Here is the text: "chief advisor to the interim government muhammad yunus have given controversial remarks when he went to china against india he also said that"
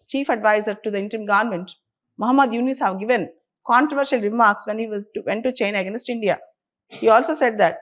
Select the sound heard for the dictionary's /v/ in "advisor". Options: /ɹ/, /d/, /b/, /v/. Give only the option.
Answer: /v/